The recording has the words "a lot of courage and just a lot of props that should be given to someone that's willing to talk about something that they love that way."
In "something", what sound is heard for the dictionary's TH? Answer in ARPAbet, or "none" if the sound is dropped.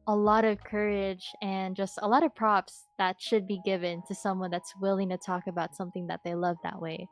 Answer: TH